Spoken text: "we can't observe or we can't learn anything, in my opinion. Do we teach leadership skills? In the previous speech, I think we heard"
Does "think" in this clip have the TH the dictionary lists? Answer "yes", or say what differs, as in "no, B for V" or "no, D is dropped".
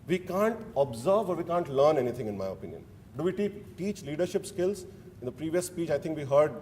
no, T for TH